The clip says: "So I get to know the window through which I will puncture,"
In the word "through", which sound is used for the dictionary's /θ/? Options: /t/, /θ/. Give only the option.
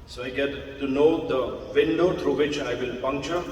/t/